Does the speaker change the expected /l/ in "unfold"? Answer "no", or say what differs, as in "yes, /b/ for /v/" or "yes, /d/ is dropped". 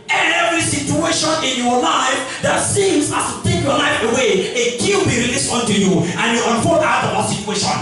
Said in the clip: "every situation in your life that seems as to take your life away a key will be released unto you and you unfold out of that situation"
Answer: yes, /l/ is dropped